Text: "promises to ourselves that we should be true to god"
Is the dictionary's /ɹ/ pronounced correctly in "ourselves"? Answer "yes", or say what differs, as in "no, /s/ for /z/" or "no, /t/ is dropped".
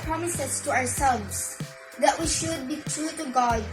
no, /w/ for /ɹ/